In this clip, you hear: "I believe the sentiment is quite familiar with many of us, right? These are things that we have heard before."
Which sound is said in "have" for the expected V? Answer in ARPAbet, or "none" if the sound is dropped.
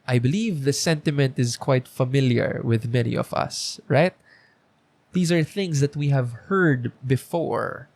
V